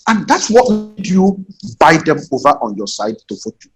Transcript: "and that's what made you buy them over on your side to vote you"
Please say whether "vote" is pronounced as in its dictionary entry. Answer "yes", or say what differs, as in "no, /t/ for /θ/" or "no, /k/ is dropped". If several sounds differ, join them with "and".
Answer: no, /f/ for /v/